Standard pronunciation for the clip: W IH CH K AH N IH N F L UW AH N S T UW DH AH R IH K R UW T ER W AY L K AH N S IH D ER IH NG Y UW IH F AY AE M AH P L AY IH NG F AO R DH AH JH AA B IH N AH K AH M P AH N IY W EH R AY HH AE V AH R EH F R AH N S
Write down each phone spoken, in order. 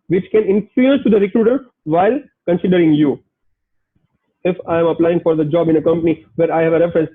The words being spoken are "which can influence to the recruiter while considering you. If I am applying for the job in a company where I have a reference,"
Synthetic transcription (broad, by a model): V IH CH K AH N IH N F UW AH S T UW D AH R IH K R UW T ER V AY L K AH N S IH D ER IH NG Y UW IH F AY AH M AH P L AY IH NG F AO R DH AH JH AA B IH N AH K AH M P AH N IY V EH R AY HH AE V AH R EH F R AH N S